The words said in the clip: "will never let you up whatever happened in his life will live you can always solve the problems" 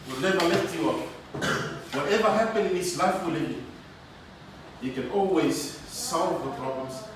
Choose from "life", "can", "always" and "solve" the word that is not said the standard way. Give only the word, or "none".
none